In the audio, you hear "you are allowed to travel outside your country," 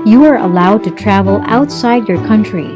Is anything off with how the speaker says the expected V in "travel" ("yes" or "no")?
no